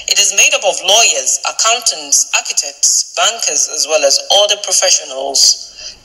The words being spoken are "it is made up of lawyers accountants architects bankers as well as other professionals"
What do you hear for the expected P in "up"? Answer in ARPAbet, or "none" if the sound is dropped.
B